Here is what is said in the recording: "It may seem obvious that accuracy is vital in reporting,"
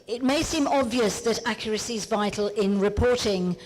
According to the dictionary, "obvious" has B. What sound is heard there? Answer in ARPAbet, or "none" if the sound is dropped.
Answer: B